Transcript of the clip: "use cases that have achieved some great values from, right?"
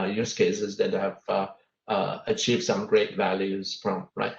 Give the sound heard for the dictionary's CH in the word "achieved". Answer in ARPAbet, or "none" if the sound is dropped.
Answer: CH